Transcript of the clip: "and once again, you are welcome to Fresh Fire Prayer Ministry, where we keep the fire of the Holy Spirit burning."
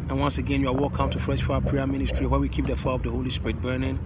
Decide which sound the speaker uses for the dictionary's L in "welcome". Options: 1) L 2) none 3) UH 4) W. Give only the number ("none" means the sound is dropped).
2